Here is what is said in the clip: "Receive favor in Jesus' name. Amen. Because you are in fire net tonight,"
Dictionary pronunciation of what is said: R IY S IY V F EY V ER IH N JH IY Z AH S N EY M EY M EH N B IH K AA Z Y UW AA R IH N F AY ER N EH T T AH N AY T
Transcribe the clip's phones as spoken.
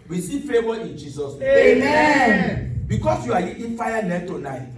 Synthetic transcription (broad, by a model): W IY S IY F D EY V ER IH N JH IY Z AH S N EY EY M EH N B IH K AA S Y UW AA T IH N F AY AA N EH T T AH N AY T